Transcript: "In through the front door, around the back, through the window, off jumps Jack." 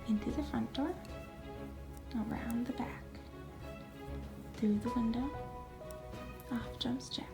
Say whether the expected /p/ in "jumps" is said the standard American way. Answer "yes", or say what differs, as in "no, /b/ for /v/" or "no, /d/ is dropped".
no, /p/ is dropped